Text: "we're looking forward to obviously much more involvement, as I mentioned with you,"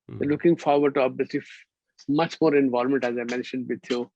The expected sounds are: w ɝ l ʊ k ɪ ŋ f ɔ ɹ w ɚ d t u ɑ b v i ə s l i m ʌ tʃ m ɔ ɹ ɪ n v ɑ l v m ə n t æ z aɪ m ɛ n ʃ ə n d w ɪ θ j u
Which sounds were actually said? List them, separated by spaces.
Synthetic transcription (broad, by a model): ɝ l ʊ k ɪ ŋ f ɔ ɹ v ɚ d t u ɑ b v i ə s l i m ʌ tʃ m ɔ ɹ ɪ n v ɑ l m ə n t æ z aɪ m ɛ n ʃ ə n d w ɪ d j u